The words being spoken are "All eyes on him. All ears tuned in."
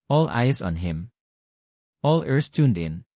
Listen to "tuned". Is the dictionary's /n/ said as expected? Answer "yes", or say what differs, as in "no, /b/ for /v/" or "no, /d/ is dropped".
yes